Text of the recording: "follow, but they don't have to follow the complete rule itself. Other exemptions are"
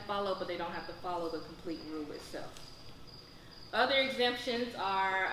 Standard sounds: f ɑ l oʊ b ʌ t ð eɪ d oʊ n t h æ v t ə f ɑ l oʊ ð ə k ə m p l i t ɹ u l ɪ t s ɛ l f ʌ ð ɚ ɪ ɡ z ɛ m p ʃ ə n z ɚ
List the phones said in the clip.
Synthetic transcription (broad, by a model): f ɑ l oʊ b ʌ t ð eɪ d oʊ n t h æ f t ə f ɑ l oʊ ð ə k m p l i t ɹ u l ɪ t s ɛ l f ʌ ð ɚ ɪ ɡ z ɛ m p ʃ ə n z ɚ